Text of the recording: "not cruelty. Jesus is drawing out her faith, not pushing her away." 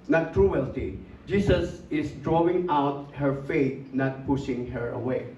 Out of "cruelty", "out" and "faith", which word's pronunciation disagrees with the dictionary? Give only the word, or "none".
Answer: faith